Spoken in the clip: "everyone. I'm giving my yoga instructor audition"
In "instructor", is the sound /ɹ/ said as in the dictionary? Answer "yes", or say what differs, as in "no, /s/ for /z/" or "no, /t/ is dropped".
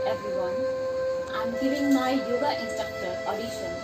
no, /ɹ/ is dropped